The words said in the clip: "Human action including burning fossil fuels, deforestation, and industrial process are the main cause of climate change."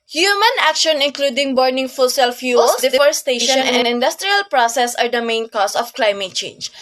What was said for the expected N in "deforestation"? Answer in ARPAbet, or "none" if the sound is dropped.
none